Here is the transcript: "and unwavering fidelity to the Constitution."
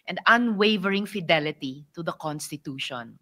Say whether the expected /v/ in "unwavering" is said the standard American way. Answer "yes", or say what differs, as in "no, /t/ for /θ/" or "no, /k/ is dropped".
yes